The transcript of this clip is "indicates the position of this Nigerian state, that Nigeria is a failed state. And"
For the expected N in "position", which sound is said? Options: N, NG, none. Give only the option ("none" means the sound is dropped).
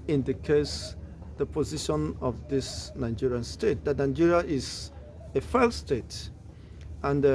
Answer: N